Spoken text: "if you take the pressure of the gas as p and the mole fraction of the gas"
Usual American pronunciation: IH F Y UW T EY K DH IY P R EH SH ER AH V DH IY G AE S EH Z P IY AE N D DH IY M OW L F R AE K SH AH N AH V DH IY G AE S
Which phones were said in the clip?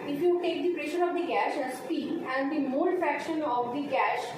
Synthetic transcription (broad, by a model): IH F Y UW T EY K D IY P R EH SH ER AH V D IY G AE SH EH S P IY AE N D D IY M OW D F R AE K SH AH N AH V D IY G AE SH